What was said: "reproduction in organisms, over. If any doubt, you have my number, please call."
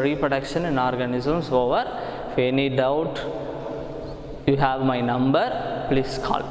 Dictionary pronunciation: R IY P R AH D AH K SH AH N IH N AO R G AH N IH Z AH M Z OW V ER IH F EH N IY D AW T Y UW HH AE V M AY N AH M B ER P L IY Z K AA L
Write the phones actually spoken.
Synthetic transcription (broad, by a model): R IY P R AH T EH K SH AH N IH N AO R G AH N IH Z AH M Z OW V ER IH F EH N IY D AW T Y UW HH AE V M AY N AH M B ER P L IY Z K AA L